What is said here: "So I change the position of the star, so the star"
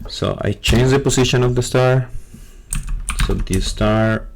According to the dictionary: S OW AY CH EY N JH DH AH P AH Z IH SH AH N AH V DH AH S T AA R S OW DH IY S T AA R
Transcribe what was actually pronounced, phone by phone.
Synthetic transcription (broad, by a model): S OW AY CH EY N JH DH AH P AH S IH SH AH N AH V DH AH S T AA R S OW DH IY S T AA R